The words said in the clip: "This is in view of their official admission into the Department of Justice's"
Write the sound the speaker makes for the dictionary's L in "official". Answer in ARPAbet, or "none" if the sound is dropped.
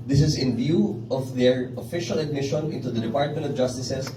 L